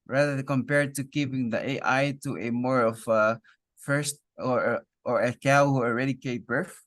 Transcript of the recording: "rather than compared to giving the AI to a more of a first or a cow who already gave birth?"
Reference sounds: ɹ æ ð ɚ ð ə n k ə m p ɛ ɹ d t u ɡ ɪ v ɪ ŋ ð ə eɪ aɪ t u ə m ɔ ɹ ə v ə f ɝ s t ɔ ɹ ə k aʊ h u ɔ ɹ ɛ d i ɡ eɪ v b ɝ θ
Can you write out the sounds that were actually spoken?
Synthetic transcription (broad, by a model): ɹ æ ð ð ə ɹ k ə m p ɛ ɹ d t u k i p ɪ ŋ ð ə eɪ aɪ t u ə m ɔ ɹ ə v ə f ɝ s t ɔ ɹ ə k aʊ h u ɔ ɹ ɛ d i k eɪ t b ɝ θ